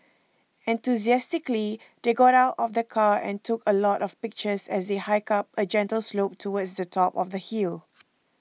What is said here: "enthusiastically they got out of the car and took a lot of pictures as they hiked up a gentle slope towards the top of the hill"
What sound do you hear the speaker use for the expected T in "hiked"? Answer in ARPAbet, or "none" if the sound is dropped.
none